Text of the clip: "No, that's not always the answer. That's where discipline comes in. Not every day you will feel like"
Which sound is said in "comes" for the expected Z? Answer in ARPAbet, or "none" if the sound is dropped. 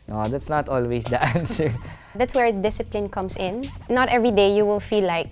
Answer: S